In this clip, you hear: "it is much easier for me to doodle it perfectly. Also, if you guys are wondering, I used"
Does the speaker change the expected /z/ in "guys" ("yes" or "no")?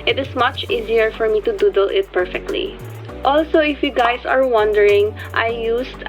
yes